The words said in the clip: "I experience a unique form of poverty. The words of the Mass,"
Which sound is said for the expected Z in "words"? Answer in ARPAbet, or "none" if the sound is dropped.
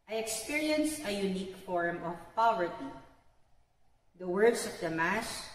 S